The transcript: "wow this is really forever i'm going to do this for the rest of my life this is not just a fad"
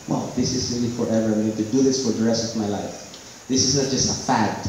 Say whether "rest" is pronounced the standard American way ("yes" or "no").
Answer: yes